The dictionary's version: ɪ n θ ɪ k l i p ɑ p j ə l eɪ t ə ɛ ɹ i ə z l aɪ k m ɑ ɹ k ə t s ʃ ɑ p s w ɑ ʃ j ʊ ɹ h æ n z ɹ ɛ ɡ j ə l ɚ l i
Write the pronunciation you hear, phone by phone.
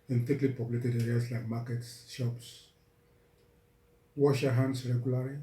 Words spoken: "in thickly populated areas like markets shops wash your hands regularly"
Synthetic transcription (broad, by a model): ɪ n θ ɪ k l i p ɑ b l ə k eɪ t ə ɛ ɹ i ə s l aɪ k m ɑ k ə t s ʃ ɑ p s w ɑ ʃ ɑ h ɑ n s ɹ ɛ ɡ j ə l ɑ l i